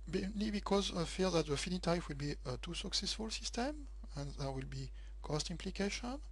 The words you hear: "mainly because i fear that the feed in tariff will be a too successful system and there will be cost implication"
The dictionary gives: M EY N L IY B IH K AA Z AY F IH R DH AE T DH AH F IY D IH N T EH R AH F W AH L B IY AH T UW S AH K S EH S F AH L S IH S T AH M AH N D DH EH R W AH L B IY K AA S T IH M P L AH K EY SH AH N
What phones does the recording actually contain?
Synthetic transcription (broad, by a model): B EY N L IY B IH K AA Z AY F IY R DH AE T DH AH F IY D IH T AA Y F W AH L B IY AH T UW S AH K S EH S F AH L S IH S T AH M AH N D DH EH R W AH L B IY K AA S T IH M P L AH K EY SH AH N